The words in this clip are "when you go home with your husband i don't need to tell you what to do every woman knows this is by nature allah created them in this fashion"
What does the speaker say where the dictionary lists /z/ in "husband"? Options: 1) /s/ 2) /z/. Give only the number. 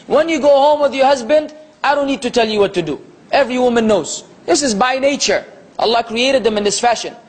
2